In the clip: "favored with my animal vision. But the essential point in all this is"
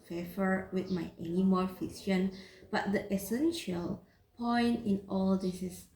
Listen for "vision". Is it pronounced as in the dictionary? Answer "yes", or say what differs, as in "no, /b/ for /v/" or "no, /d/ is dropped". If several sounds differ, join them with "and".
no, /f/ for /v/ and /s/ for /ʒ/